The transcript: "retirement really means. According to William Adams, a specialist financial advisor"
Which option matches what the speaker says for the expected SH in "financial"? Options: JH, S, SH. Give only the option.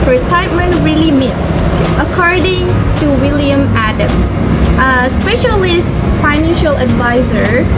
SH